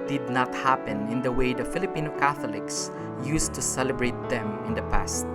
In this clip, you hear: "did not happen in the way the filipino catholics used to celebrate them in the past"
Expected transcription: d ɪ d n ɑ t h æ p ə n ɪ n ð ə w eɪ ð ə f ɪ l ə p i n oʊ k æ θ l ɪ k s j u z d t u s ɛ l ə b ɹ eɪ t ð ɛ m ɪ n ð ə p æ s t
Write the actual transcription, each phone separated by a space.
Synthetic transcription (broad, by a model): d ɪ d n ɑ t h æ p ə n ɪ n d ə w eɪ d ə f ɪ l ə p i n oʊ k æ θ l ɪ k s j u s t u s ɛ l ə b ɹ eɪ t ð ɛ m ɪ n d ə p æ s t